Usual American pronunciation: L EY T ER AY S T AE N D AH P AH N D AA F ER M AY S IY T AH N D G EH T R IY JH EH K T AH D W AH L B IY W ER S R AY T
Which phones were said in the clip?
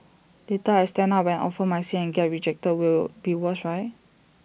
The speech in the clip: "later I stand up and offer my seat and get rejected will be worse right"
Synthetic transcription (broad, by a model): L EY T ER AY S T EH N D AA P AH N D AA F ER M AY S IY AH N G EH T R IY JH EH K T AH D W AH L B IY W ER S R AY T